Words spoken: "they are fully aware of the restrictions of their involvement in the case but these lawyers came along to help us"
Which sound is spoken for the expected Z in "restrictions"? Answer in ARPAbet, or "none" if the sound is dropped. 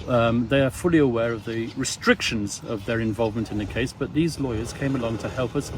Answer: Z